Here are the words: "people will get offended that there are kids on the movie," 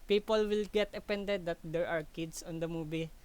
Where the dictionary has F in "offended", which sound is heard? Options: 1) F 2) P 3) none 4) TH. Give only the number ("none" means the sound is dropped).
2